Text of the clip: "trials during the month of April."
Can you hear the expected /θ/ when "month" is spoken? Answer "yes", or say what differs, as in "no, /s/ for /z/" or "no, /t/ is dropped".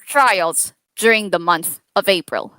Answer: yes